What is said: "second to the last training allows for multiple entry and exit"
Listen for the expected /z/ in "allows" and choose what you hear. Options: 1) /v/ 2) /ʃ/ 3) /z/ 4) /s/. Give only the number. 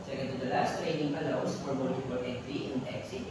4